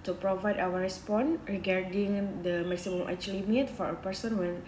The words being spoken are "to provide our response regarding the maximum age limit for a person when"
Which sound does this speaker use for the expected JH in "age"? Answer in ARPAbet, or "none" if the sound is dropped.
CH